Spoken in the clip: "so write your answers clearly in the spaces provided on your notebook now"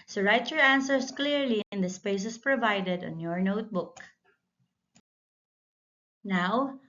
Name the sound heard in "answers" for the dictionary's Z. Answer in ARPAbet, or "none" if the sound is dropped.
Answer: S